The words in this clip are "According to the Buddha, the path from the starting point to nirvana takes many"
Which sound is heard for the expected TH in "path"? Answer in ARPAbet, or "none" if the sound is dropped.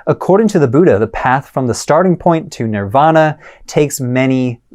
TH